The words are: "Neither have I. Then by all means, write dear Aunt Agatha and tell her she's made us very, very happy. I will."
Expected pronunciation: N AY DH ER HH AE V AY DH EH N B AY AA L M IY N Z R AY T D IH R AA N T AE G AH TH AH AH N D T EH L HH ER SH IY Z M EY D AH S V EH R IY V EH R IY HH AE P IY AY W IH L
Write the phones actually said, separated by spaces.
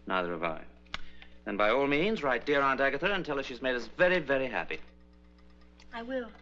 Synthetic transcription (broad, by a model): N AY DH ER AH V AY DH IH N B AY AA L M IY N Z R AY T D IH R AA N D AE G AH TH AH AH N T EH L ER SH IY Z M EY D AH S V EH R IY V EH R IY HH AE P IY AY W IH L